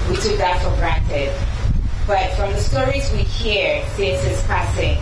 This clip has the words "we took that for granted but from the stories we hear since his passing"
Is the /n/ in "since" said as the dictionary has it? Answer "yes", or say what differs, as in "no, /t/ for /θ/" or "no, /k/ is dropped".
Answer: no, /n/ is dropped